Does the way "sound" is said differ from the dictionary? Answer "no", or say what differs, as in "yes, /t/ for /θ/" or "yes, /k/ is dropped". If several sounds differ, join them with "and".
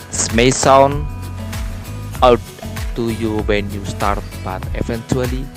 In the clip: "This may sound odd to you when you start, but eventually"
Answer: yes, /d/ is dropped